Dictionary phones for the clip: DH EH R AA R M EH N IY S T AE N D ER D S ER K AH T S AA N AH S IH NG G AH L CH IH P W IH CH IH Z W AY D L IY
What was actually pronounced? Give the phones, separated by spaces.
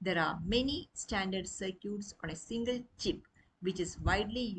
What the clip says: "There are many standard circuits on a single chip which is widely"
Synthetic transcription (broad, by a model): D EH R AA R M EH N IY S T AE N D ER D S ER K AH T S AA N AH S IH NG G AH L CH IH P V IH CH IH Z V AY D L IY